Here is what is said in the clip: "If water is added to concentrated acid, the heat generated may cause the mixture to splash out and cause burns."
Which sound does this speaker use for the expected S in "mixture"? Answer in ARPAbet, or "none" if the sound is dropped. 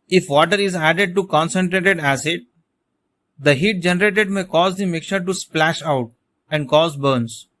none